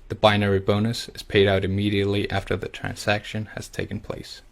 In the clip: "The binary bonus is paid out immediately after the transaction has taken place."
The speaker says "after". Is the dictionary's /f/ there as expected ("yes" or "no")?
yes